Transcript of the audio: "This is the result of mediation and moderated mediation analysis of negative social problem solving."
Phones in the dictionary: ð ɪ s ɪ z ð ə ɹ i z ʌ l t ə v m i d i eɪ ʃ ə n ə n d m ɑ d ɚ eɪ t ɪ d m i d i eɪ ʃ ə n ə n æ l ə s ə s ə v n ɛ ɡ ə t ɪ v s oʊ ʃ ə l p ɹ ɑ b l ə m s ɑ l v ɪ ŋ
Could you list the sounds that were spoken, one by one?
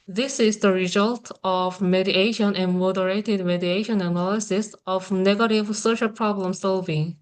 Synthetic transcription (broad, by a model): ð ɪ s ɪ z ð ə ɹ i z ʌ l t ə v m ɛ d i eɪ ʃ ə n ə n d m ɑ d ɚ eɪ t ɪ d m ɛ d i eɪ ʃ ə n ə n æ l ə s ə s ə v n ɛ ɡ ə t ɪ v s oʊ ʃ ə l p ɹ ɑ b l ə m s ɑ l v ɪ ŋ